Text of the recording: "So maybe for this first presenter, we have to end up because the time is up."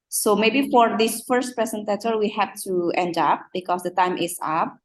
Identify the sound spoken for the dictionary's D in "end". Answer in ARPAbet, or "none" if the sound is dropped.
D